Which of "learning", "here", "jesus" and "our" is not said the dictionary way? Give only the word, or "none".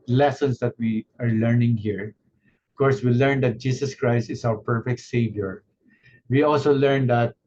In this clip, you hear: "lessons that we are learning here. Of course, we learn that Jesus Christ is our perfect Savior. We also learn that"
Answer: jesus